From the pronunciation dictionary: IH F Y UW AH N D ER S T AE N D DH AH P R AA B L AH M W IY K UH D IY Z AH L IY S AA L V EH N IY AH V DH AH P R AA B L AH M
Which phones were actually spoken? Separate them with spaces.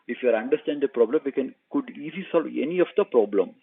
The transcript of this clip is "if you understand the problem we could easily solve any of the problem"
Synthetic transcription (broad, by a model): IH F Y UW AH N D ER S T AE N D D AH P R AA B L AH M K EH K UH D IY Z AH L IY S AA L V EH N IY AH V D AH P R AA B L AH M